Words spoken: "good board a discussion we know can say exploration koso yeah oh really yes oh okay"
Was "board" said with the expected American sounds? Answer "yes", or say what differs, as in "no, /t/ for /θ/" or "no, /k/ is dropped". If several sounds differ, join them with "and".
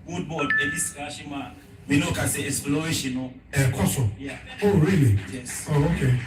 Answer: no, /l/ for /ɹ/